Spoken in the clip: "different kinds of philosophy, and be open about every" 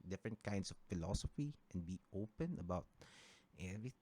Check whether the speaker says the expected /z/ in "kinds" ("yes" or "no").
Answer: no